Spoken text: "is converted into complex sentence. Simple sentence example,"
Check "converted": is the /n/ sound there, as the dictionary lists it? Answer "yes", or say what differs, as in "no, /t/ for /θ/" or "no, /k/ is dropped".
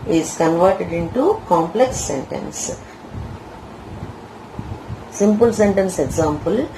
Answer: yes